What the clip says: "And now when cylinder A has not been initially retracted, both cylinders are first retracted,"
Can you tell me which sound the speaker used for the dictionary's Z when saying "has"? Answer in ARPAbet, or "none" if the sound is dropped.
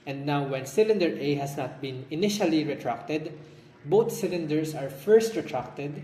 S